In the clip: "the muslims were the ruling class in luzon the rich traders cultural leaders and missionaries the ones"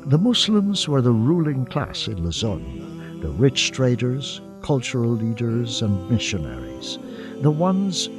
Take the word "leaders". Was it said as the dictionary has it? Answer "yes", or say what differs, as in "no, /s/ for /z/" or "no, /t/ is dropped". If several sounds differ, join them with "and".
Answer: yes